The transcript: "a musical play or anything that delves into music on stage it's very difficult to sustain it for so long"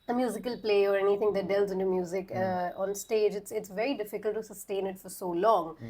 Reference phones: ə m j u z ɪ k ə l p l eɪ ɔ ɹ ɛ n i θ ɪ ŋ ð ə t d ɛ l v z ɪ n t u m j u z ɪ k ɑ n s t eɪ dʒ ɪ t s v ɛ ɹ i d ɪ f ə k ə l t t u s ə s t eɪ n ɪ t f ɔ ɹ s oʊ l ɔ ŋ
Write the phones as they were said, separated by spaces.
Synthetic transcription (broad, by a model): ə m j u z ɪ k ə l p l eɪ ɔ ɹ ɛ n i t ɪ ŋ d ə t d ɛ l z ɪ n t u m j u z ɪ k ɑ n s t eɪ dʒ ɪ t s v ɛ ɹ i d ɪ f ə k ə l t t u s ə s t eɪ n ɪ t f ɔ ɹ s oʊ l ɔ ŋ